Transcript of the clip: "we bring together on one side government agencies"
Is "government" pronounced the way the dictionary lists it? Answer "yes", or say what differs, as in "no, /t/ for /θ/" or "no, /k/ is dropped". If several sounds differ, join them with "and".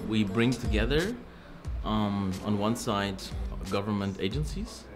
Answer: yes